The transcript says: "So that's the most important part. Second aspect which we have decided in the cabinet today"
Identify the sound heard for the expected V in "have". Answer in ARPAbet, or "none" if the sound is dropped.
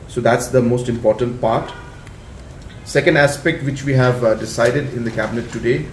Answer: V